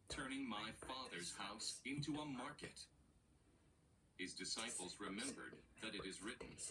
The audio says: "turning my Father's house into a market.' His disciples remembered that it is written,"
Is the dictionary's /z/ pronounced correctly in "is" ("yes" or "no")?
yes